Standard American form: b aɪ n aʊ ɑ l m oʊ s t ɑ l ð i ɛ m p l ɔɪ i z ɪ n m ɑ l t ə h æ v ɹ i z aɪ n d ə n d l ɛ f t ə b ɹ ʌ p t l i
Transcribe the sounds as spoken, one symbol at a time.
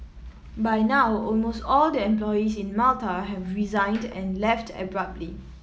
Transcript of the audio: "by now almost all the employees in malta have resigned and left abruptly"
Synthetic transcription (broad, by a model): b aɪ n aʊ ɑ l m oʊ s t ɑ l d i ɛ m p l ɔɪ i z ɪ n m ɑ l t ə h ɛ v ɹ i z aɪ n d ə n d l ɛ f t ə b ɹ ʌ p t l i